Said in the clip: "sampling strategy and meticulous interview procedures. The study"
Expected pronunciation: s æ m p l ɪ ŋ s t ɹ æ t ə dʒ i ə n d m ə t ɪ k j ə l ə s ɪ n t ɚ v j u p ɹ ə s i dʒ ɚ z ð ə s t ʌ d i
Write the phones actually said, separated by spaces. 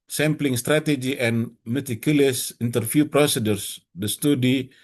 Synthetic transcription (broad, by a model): s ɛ m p l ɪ ŋ s t ɹ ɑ t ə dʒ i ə n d m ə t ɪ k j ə l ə s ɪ n t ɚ f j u p ɹ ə s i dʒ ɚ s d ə s t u d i